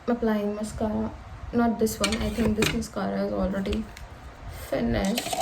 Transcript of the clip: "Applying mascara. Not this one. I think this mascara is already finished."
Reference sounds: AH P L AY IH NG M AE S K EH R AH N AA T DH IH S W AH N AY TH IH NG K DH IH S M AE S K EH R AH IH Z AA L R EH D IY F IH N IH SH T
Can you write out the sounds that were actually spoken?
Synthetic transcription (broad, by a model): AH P L AY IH NG M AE S K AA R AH N AA T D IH S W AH N AY T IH NG K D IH S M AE S K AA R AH IH Z AA L R EH D IY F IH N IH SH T